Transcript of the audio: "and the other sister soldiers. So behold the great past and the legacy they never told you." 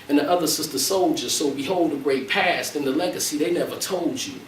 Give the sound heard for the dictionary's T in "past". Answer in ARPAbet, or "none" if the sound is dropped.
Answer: T